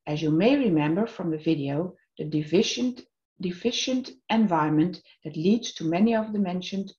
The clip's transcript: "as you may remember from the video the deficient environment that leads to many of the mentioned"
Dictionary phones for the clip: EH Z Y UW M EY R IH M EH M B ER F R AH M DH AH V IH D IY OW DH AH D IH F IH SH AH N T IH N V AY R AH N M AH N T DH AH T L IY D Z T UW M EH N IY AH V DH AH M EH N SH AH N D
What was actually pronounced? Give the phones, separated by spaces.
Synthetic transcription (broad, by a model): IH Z Y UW M EY R IH M EH M B ER F R AH M DH AH V IH D IY OW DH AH D IH F IH SH AH N T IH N V AY R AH N M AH N DH AH T L IY D Z T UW M EH N IY AH V DH AH M EH N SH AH N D